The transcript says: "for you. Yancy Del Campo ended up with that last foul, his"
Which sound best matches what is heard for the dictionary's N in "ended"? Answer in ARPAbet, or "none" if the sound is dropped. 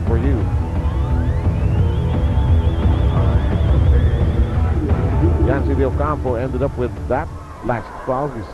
N